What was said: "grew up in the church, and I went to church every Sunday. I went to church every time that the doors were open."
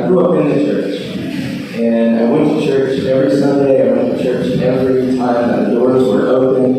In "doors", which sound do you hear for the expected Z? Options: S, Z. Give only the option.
Z